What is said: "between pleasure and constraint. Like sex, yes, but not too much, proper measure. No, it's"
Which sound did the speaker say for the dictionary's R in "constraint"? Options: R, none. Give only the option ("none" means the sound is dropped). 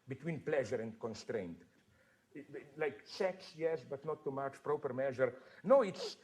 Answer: R